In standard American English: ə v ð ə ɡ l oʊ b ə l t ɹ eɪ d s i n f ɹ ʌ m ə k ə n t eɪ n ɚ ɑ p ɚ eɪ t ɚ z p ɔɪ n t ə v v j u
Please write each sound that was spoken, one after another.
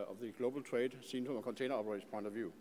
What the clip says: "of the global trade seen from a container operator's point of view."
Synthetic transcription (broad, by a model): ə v ð ə ɡ l oʊ b ə l t ɹ eɪ d s i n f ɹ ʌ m ə k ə n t eɪ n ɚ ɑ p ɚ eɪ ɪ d p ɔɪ n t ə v v j u